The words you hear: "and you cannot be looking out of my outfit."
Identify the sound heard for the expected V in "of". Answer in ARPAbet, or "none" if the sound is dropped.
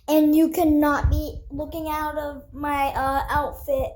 V